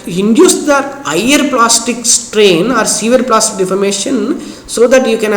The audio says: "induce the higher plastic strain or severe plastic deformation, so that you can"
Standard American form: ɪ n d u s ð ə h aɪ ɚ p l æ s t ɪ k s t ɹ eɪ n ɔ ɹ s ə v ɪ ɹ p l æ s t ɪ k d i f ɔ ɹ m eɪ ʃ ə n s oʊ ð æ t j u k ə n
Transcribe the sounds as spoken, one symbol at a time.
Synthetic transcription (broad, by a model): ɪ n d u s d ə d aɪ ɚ p l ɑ s t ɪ k s t ɹ eɪ n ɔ ɹ s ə v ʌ ɹ p l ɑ s t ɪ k d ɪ f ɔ ɹ m eɪ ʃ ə n s oʊ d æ t j u k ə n